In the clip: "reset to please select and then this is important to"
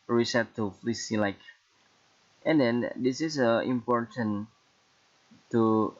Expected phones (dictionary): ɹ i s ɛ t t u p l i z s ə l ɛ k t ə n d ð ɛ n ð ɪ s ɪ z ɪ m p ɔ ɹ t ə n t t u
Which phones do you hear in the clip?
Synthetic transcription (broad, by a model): ɹ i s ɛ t t u f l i s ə l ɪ k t ə n d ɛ n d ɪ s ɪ s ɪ m p ɔ ɹ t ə n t t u